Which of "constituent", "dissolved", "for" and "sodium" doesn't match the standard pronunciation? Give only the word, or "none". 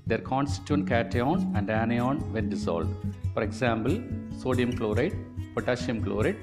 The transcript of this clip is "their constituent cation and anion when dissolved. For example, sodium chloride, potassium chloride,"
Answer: dissolved